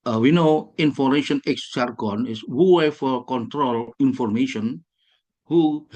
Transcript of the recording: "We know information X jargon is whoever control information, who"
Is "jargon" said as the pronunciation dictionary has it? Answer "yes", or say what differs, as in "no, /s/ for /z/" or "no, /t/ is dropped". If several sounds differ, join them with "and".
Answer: no, /tʃ/ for /dʒ/